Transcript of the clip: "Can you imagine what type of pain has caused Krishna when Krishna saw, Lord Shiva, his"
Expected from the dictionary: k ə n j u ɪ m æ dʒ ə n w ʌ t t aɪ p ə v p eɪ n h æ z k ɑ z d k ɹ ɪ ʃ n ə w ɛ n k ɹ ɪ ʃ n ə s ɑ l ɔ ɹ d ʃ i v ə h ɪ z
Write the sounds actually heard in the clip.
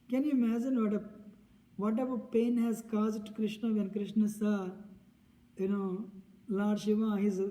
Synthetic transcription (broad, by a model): k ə n j u ɪ m æ dʒ ə n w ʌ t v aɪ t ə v p eɪ n h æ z k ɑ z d k ɹ ɪ ʃ n ə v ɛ n k ɹ ɪ ʃ n ə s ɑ n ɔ l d ʃ i v ə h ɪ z